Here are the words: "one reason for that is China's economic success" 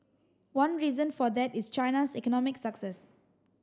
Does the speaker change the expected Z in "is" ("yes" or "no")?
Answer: yes